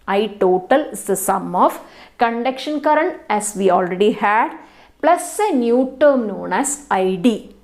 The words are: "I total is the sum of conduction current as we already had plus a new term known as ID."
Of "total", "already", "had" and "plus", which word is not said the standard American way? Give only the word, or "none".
none